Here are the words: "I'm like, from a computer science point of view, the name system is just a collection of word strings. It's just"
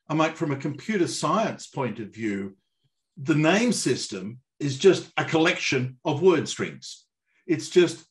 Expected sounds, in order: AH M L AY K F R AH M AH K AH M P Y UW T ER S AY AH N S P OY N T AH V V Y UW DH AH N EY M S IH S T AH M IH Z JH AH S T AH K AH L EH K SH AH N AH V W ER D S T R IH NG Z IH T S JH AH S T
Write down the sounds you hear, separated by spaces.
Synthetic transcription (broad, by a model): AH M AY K F R AH M AH K M P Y UW T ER S AY AH N S P OY N T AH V V Y UW DH AH N EY M S IH S T AH M IH Z JH AH S T AH K AH L EH K SH AH N AH V W ER D S T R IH NG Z IH T S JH AH S T